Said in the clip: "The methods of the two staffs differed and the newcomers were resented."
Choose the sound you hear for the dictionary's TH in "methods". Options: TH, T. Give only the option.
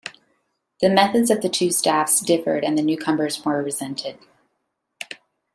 TH